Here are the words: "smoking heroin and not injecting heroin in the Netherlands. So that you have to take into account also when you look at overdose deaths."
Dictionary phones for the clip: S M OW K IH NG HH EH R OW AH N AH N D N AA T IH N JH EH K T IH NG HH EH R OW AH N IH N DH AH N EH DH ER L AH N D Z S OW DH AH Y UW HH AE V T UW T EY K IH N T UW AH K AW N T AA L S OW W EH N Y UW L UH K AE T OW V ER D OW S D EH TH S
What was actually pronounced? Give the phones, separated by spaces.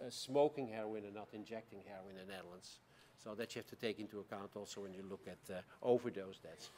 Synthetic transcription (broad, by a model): S M OW K IH NG HH EH R OW AH N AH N N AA T IH N JH EH K T IH NG HH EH R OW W IH N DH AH N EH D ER L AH N S OW DH AH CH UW HH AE F T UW T EY K IH N T UW AH K AW N T AA L S OW W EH N Y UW L UH K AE T OW V ER D OW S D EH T S